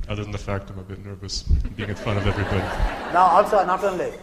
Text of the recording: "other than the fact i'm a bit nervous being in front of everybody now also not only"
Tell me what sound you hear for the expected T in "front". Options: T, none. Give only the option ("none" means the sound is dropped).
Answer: none